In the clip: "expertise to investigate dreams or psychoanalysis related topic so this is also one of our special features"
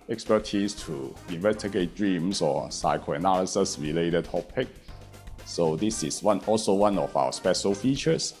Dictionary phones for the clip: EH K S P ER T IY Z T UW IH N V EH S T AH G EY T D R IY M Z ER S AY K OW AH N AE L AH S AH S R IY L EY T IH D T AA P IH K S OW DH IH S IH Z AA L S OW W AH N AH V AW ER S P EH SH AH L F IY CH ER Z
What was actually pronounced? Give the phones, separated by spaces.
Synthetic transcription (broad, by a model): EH K S P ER T IY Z T UW IH N V EH S T AH G EY T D R IY M S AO S AY K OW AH N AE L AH S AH S R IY L EY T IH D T AA P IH K S OW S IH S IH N AA L S OW W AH N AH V AW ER S P EH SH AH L F IY CH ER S